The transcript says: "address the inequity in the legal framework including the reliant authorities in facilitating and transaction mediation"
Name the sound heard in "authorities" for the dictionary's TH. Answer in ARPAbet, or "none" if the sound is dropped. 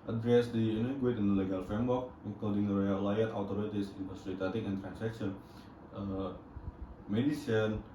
T